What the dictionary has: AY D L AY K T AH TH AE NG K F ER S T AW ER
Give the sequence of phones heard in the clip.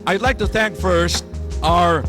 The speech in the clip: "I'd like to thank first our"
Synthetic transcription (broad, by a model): AY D L AY K T AH TH AE NG K F ER S T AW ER